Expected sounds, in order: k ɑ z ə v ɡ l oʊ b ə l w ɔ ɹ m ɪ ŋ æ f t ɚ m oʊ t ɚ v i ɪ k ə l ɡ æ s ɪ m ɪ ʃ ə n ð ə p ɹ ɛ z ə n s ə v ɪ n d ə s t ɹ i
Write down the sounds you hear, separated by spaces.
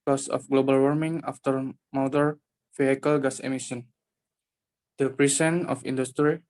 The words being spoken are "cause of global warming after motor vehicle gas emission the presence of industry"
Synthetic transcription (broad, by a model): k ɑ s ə f ɡ l oʊ b ə l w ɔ ɹ m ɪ ŋ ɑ f t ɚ m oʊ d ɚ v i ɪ k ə l ɡ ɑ s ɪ m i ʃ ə n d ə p ɹ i s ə n ə f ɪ n d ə s t ɹ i